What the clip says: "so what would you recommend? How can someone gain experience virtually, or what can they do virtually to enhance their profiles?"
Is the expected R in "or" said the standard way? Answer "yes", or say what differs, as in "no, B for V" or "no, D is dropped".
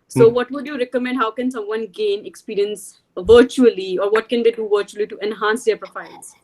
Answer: yes